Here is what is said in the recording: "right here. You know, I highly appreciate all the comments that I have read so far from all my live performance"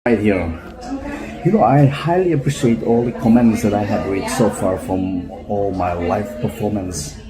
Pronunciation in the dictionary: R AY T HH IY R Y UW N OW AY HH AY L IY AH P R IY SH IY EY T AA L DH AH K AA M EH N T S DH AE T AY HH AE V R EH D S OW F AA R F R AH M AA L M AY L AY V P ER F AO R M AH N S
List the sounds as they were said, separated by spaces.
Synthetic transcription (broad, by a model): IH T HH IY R Y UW N OW AY HH AY L IY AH P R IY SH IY EY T AA L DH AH K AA M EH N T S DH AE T AY HH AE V W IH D S OW F AA R F R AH M AA L M AY L AY F P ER F AO R M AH N S